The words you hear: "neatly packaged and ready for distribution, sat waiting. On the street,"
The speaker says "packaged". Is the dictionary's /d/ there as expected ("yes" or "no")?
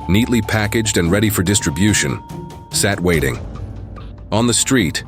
yes